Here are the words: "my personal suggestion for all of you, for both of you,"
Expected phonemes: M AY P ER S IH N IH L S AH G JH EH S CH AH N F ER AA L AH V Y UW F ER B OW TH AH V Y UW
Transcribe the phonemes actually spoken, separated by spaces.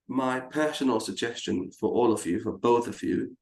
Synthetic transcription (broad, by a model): M AY P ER S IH N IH L S AH G JH EH S CH AH N F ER AA L AH V Y UW F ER B OW TH AH V Y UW